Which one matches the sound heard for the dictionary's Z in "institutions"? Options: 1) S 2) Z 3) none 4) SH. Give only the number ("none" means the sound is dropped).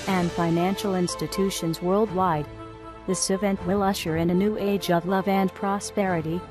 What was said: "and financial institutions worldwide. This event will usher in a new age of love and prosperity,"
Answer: 2